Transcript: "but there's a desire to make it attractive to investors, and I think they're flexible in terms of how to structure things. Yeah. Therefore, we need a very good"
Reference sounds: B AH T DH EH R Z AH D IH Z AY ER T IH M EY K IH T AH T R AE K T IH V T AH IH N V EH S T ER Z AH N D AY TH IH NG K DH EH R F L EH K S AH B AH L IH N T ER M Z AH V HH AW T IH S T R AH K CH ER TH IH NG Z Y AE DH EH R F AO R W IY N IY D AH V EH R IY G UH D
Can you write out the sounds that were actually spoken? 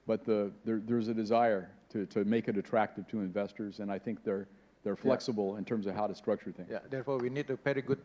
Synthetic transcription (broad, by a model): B AH T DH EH R Z AH D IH Z AY ER T IH M EY K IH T AH T R AE K T IH V T AH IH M V EH S T ER Z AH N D AY TH IH NG K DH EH R F L EH K S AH B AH L IH N T ER M Z AH V HH AW T IH S T R AH K CH ER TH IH NG Y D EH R F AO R W IY N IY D AH P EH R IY G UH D